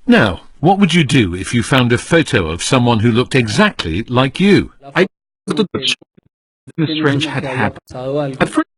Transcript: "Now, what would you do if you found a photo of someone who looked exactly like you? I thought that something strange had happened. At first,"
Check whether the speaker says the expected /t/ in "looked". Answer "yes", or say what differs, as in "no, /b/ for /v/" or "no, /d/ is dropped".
yes